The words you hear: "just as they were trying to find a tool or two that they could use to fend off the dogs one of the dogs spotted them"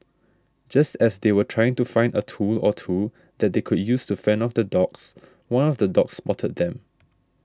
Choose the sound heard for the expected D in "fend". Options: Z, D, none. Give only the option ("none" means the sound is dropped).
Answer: none